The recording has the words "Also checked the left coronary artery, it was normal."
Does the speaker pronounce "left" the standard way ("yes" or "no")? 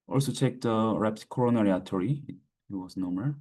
no